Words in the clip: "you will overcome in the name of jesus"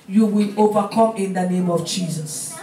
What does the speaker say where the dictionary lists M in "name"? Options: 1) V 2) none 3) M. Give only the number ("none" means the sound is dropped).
3